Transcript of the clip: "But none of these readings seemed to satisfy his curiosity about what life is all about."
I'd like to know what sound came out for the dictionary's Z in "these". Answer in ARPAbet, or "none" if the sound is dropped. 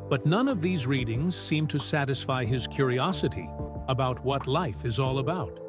Z